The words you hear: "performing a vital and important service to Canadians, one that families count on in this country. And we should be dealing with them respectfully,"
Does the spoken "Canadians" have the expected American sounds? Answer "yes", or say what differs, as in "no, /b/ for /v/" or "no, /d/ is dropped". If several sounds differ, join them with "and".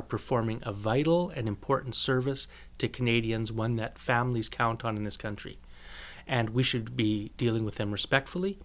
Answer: yes